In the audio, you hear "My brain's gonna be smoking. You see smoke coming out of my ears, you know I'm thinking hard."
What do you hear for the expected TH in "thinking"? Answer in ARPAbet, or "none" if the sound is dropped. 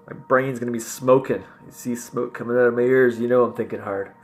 TH